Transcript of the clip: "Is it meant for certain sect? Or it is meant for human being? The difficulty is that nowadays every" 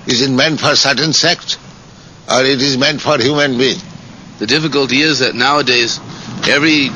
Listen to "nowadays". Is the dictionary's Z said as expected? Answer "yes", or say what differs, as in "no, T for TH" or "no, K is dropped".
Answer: yes